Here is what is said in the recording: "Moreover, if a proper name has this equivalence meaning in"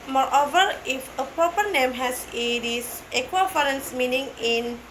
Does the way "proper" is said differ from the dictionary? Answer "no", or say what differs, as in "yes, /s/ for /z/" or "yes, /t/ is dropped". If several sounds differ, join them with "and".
yes, /ɹ/ is dropped